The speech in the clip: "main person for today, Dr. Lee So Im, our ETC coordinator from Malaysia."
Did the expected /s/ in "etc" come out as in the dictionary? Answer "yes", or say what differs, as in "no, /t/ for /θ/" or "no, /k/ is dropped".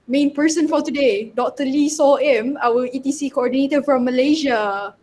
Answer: no, /s/ is dropped